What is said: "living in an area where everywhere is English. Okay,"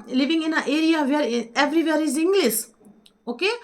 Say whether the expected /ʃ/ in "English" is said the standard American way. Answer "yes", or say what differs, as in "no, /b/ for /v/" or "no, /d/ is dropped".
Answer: no, /s/ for /ʃ/